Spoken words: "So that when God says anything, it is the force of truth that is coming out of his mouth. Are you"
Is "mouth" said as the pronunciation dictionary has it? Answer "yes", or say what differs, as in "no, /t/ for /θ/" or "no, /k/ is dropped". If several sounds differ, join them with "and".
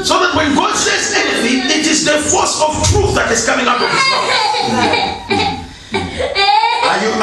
no, /s/ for /θ/